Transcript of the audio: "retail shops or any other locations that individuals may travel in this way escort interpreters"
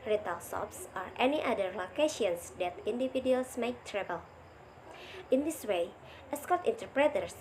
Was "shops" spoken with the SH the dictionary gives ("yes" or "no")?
no